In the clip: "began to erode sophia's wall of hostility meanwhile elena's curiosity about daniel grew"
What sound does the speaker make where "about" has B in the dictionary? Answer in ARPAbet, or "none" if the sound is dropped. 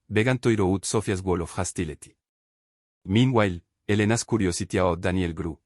none